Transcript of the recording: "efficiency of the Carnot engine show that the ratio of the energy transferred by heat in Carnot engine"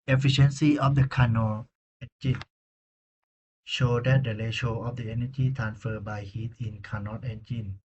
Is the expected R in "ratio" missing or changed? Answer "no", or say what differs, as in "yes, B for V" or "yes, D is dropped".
yes, L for R